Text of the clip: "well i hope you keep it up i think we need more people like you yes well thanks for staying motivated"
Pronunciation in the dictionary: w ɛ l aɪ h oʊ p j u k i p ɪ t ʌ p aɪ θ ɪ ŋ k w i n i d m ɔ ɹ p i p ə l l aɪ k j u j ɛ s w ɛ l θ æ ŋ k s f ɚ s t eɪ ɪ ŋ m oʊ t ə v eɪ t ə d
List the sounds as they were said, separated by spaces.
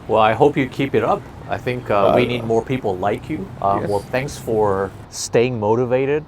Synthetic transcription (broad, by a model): w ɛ l aɪ h oʊ p j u k i p ɪ t ʌ p aɪ θ ɪ ŋ k w i n i d m ɔ ɹ p i p l l aɪ k j u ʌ w ɛ l θ æ ŋ k s f ɚ s t eɪ ɪ ŋ m oʊ t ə v eɪ t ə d